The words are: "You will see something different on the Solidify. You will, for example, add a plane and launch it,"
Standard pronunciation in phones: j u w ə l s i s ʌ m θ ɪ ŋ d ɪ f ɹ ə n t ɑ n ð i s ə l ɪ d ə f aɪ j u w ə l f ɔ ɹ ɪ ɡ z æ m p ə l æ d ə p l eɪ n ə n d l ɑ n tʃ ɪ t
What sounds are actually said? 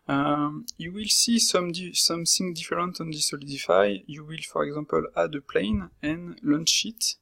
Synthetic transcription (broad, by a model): j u w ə l s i s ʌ m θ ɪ ŋ d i f ɹ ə n t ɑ n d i s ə l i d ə f aɪ j u w ə l f ɔ ɹ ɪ ɡ z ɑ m p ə l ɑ d ə p l eɪ n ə n l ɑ n ʃ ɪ t